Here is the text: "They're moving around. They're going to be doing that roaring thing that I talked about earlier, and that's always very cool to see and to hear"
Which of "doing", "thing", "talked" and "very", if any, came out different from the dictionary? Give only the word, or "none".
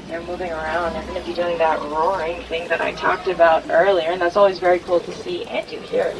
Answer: none